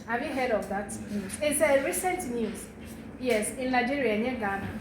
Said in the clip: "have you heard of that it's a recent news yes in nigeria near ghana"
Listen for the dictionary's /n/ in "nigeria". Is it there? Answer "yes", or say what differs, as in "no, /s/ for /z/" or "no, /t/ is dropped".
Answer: no, /l/ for /n/